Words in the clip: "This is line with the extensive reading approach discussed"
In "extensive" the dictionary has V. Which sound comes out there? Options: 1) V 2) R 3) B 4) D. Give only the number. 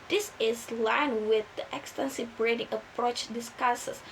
3